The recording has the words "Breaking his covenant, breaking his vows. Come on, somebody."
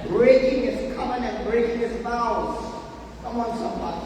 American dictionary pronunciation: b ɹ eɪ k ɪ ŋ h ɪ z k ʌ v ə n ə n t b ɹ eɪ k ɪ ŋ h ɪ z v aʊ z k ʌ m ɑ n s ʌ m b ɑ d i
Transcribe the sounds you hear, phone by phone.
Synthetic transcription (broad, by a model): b ɹ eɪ k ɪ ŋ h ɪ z k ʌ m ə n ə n b ɹ eɪ k ɪ ŋ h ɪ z f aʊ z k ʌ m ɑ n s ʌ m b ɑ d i